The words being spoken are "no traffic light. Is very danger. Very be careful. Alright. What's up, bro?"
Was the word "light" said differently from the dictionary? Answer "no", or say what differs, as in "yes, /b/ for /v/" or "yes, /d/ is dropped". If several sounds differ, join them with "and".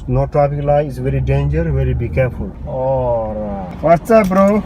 yes, /t/ is dropped